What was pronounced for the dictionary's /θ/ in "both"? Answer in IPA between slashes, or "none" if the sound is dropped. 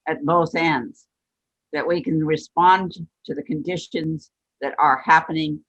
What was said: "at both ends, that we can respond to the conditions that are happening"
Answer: /θ/